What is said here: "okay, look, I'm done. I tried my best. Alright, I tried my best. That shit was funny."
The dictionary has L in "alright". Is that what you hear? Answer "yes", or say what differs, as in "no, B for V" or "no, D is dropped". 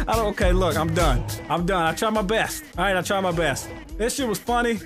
no, L is dropped